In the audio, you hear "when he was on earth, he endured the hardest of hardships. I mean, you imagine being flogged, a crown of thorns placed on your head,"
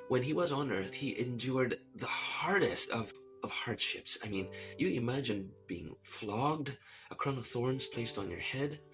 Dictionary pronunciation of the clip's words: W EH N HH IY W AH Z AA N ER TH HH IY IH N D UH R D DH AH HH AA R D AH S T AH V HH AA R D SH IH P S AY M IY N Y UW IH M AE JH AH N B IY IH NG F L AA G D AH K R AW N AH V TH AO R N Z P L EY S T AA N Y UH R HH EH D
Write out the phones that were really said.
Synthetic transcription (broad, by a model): W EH N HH IY W AH Z N ER TH HH IY IH N D UH R D DH AH HH AA R D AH S T AH V HH AA R D SH IH P S AY M IY N Y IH IH M AE JH AH N B IY IH NG F L AA G D AH K R AW N AH V TH AO R N Z P L EY S T N Y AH R HH EH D